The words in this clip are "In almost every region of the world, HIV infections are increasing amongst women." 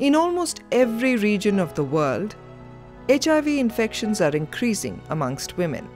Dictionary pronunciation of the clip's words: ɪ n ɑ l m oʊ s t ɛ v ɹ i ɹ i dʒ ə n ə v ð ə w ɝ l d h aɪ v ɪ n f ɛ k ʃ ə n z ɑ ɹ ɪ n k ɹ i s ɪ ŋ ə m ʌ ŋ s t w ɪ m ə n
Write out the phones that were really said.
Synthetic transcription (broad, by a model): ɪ n ɑ l m oʊ s t ɛ v ɹ i ɹ i dʒ ə n ə v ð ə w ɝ l d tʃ aɪ v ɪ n f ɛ k ʃ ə n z ɑ ɹ ɪ n k ɹ i s ɪ ŋ ə m ʌ ŋ s t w ɪ m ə n